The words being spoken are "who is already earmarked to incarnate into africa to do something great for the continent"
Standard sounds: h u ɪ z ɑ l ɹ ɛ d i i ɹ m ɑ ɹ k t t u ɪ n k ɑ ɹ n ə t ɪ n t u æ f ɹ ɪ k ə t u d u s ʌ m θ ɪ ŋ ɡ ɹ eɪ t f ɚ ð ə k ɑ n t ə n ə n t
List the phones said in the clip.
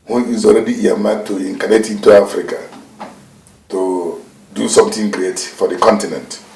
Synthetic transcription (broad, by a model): h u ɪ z ɑ l ɹ ɛ d i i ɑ m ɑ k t t u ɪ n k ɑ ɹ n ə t ɪ n t u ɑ f ɹ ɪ k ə t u d u s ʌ m t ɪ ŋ ɡ ɹ eɪ t f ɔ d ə k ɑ n t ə n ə n t